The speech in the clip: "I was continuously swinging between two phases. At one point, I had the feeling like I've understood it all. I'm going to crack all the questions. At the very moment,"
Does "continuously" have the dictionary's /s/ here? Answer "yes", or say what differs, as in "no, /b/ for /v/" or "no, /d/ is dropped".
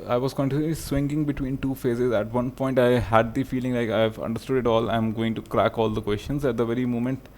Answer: no, /s/ is dropped